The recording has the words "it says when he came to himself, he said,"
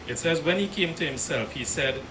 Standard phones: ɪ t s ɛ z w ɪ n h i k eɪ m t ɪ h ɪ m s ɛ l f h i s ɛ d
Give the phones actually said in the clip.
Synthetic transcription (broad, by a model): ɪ t s ɛ z w ɪ n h i k eɪ m t ɪ h ɪ m s ɛ l f h i s ɛ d